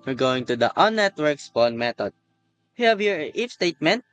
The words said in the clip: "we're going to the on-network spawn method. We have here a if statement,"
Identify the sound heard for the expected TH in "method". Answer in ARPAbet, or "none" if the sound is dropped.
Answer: T